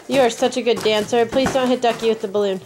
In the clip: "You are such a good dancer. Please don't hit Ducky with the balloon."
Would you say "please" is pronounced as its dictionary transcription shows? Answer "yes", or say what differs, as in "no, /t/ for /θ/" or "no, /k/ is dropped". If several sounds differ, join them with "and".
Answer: yes